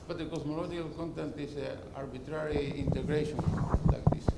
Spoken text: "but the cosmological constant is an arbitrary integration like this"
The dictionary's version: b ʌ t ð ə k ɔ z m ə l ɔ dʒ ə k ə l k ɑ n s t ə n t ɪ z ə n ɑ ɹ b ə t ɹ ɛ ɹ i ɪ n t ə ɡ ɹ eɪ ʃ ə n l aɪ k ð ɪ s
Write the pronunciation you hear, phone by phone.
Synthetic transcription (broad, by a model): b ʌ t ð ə k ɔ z m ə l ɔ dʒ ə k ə l k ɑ n t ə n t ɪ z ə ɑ ɹ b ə t ɹ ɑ ɹ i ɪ n t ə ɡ ɹ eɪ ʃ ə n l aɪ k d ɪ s